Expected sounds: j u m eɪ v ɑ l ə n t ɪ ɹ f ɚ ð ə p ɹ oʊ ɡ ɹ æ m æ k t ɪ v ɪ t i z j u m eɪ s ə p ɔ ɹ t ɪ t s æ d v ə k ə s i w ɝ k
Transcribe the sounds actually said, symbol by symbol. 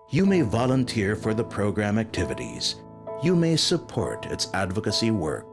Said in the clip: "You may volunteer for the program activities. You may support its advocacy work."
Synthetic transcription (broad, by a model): j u m eɪ v ɑ l ə n t ɪ ɹ f ɚ ð ə p ɹ oʊ ɡ ɹ æ m æ k t ɪ v ɪ t i z j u m eɪ s ə p ɔ ɹ t ɪ t s æ d v ə k ə s i w ɝ k